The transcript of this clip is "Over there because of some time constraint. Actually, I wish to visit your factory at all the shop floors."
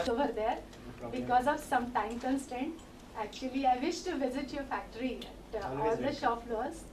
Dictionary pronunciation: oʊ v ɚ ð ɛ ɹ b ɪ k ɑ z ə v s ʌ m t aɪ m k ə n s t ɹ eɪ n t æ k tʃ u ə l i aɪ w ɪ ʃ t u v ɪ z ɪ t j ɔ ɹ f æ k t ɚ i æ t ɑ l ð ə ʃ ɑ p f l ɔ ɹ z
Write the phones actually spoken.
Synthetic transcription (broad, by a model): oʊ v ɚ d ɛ ɹ b ɪ k ɑ z ə v s ʌ m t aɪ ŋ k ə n s t eɪ n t æ k tʃ u ə l i aɪ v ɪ ʃ t u v ɪ z ɪ t j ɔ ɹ f æ k t ɚ i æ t ɑ l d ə ʃ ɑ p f l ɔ ɹ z